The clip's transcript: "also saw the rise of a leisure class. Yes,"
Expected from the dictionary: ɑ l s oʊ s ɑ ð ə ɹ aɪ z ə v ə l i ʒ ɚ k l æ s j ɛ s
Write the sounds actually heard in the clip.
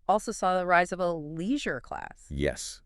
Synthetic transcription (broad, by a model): ɑ l s oʊ s ɑ ð ə ɹ aɪ z ə v ə l i ʒ ɚ k l æ s j ɛ s